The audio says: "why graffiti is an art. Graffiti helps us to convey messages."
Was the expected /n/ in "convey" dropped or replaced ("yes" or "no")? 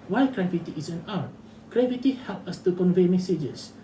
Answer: no